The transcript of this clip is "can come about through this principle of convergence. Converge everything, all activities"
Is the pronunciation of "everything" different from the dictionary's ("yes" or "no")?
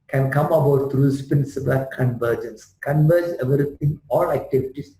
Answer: yes